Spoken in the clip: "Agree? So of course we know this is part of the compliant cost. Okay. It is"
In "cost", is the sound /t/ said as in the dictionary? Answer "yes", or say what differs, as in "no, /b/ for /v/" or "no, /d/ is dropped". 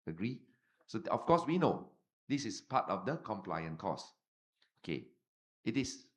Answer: no, /t/ is dropped